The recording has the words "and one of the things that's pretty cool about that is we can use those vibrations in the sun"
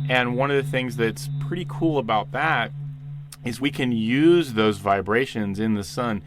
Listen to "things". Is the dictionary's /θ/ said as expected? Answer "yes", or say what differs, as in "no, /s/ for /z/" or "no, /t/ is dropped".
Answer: yes